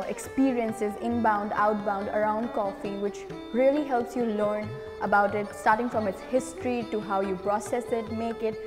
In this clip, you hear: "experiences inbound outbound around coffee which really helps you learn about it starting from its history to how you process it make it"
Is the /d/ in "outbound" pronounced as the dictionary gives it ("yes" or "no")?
yes